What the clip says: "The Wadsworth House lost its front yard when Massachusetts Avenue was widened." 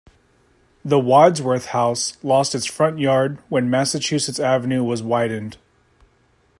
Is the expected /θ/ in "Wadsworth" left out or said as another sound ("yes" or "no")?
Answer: no